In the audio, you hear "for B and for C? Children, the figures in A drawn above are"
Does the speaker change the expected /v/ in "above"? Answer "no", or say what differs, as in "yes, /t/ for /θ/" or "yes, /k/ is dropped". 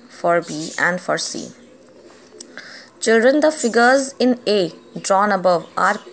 no